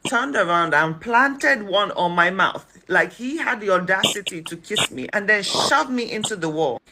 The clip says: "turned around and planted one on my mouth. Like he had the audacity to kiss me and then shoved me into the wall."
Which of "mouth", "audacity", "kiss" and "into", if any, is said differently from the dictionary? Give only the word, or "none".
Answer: none